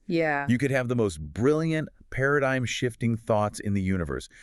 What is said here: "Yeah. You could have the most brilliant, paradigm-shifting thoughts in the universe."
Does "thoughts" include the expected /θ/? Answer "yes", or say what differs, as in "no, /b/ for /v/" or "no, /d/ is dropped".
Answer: yes